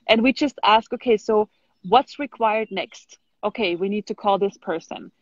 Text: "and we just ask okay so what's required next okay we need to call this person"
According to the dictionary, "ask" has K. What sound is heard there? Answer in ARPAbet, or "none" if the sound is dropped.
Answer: K